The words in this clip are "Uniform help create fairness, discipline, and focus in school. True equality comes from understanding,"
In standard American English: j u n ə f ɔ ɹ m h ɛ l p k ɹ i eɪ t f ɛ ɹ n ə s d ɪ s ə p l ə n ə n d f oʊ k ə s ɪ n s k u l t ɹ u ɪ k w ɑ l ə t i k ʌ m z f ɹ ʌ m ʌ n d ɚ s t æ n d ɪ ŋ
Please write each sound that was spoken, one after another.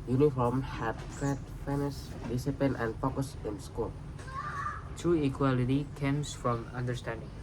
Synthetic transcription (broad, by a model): j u n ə f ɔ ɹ m h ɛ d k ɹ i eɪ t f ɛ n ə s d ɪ s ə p ə n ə n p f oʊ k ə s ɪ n s k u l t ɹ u ɪ k w ɑ l ə t i k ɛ m s f ɹ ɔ m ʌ n d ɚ s t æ n d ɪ ŋ